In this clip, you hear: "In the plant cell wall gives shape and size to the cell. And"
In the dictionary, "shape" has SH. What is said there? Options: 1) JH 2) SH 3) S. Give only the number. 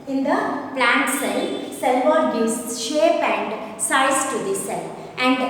2